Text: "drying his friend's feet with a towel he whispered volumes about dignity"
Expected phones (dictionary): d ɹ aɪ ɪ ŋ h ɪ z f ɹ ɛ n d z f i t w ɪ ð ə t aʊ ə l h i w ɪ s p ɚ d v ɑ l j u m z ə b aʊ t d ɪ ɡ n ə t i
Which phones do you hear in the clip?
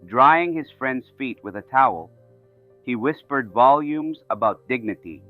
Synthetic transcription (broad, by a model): d ɹ aɪ ɪ ŋ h ɪ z f ɹ ɛ n d z f i t w ɪ ð ə t aʊ ə l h i w ɪ s p ɚ d v ɑ l j u m z ə b aʊ t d ɪ ɡ n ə t i